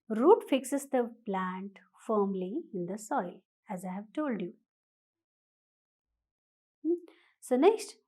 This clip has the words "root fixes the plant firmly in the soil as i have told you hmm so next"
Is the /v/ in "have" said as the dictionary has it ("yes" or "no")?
yes